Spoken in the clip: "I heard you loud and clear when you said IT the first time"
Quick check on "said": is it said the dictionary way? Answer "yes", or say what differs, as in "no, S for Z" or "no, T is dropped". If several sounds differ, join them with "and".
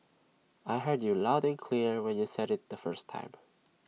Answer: yes